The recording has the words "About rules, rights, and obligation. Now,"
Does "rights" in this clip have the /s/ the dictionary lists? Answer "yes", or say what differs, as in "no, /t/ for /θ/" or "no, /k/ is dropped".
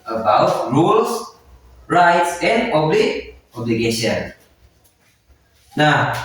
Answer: yes